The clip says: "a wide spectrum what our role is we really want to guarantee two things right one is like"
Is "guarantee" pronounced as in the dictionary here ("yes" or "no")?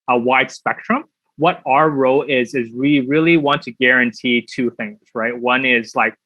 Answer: yes